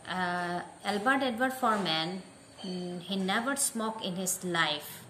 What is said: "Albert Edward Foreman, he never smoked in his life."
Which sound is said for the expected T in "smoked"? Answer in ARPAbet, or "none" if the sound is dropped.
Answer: none